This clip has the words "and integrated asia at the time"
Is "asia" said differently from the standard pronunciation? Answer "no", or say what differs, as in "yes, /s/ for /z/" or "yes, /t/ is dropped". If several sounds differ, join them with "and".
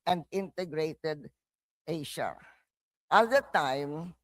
yes, /ʃ/ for /ʒ/